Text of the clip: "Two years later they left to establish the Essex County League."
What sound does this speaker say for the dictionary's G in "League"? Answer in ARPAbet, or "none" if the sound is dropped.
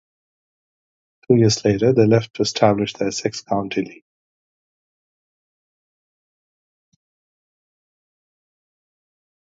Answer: none